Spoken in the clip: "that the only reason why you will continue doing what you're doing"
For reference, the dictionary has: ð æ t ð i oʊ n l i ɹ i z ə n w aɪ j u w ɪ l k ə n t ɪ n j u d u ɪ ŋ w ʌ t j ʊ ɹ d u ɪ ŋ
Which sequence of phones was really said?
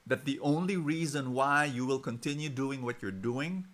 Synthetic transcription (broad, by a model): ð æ t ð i oʊ n l i ɹ i z ə n w aɪ j u w ɪ l k ə n t ɪ n j u d u ɪ ŋ w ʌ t j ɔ ɹ d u ɪ ŋ